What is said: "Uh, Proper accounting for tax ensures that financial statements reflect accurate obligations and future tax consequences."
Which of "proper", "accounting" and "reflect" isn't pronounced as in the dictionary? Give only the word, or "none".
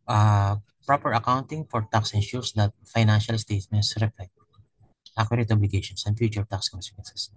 reflect